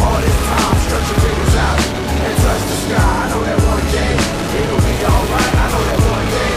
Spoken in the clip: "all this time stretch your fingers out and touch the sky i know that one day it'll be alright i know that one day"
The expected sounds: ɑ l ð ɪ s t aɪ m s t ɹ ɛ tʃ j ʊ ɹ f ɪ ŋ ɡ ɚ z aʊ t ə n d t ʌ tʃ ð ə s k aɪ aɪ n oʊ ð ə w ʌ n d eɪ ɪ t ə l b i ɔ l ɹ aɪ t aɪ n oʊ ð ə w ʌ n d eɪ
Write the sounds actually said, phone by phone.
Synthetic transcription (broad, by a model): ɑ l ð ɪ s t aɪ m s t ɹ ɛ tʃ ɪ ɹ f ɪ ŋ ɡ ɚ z aʊ t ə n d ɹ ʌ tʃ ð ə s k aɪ aɪ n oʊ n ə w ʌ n d eɪ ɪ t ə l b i ɔ l ɹ aɪ t aɪ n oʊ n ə w ʌ n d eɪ